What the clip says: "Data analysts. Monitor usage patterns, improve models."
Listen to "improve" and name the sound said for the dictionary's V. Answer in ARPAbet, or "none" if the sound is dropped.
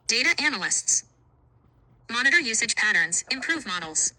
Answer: V